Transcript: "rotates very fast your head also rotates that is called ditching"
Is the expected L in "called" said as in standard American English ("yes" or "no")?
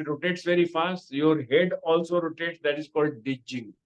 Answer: yes